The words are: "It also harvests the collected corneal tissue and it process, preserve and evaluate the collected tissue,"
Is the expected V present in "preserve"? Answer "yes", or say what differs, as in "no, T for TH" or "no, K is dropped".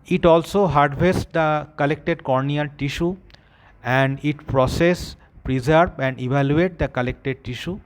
no, B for V